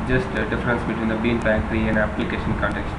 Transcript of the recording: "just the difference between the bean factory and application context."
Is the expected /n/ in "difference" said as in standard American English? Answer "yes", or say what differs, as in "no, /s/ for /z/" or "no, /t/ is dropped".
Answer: yes